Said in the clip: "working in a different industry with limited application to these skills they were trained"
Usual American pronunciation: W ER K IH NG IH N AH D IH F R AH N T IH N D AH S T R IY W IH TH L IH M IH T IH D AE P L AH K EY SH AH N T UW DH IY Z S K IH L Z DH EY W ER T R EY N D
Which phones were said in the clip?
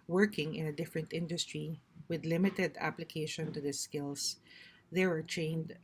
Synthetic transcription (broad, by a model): W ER K IH NG IH N AH D IH F R AH N T IH N D AH S T R IY W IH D L IH M IH T IH D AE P L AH K EY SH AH N T UW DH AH S K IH L S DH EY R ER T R EY N D